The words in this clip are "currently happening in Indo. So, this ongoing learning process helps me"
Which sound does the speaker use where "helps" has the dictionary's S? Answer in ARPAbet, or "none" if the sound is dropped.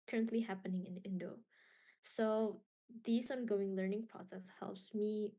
S